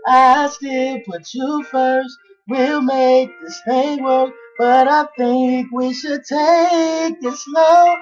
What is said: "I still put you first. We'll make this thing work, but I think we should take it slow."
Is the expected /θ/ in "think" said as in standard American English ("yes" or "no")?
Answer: yes